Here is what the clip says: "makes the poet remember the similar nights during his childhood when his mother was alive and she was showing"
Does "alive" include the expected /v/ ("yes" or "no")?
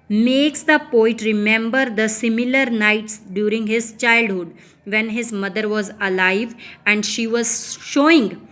yes